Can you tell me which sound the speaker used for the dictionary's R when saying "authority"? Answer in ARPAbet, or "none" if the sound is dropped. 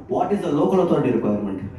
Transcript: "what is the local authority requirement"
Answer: none